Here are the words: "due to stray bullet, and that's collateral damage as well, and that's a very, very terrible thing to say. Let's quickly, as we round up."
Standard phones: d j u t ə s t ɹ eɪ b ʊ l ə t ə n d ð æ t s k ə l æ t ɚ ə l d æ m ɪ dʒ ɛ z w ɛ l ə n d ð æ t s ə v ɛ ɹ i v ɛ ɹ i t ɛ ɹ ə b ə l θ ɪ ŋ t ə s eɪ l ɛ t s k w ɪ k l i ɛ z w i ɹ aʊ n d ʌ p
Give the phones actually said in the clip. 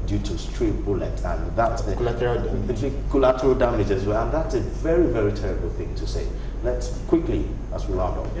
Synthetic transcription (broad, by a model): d j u t ə s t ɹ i b ʊ l ə t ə n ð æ t s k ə l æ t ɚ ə l d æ m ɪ dʒ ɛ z w ɛ l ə n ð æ t s ə v ɛ ɹ i v ɛ ɹ i t ɛ ɹ ə b ə l θ ɪ ŋ t ə s eɪ l ɛ t s k w ɪ k l i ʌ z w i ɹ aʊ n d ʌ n